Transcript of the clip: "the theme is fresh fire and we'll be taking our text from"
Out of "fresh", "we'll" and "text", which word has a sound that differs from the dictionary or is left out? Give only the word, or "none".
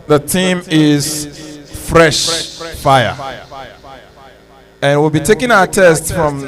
text